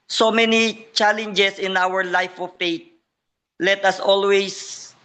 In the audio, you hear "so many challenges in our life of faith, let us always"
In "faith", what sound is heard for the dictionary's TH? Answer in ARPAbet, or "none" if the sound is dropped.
T